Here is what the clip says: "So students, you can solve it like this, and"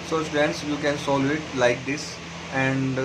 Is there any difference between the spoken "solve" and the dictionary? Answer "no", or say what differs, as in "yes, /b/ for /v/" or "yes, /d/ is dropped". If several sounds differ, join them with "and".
yes, /v/ is dropped